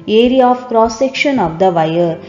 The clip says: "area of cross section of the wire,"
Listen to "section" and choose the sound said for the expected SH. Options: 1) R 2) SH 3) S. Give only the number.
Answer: 2